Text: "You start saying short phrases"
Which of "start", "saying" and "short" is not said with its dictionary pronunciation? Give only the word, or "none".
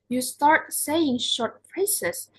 none